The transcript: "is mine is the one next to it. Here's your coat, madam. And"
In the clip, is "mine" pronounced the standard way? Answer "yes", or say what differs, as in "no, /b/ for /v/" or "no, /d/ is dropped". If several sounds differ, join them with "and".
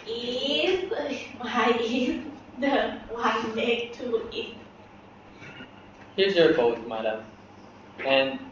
no, /n/ is dropped